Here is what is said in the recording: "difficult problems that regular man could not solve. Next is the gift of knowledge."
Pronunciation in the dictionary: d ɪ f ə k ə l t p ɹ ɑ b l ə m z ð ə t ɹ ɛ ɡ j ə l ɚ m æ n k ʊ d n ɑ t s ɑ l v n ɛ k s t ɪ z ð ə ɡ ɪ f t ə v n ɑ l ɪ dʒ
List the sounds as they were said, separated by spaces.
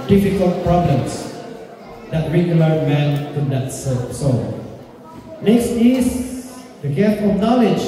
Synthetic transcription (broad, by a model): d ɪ f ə k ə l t p ɹ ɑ b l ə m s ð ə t ɹ ɛ ɡ j ə l ɚ m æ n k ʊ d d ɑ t s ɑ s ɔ n ɛ k s t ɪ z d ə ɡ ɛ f ə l n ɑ l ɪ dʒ